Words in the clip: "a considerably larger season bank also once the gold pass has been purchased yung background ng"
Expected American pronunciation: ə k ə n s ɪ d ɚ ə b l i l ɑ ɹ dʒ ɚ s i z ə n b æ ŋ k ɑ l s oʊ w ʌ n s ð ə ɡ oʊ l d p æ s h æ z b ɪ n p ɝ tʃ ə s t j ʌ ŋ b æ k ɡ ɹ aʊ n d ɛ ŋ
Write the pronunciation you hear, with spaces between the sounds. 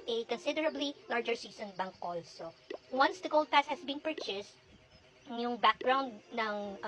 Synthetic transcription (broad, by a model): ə k ə n s ɪ d ɚ ə b l i l ɑ ɹ dʒ ɚ s i s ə n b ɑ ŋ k ɑ l s oʊ w ʌ n s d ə ɡ oʊ l d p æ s h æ s b ɪ n p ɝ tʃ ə s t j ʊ ŋ b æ k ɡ ɹ aʊ n d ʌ ŋ